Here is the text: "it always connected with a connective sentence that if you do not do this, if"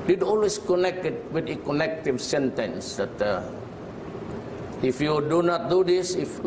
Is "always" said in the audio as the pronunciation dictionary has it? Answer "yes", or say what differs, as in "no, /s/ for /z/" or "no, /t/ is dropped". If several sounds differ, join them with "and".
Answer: no, /s/ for /z/